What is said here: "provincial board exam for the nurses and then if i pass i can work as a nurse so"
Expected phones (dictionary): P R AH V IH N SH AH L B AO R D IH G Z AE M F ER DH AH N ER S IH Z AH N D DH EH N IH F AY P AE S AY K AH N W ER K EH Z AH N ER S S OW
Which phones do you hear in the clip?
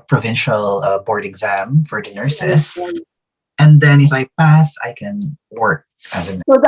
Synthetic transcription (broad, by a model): P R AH V IH N SH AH L B AO R D IH G Z AE M F ER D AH N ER S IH S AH N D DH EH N IH F AY P AE S AY K AH N W ER K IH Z AH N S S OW